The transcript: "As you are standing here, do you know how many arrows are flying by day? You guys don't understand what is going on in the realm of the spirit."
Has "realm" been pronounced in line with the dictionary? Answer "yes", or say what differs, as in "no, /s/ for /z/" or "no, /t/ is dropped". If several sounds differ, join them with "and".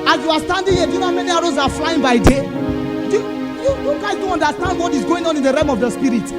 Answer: no, /l/ is dropped